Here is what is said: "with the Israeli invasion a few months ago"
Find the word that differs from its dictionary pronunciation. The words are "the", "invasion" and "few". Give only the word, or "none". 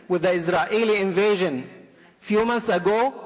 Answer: none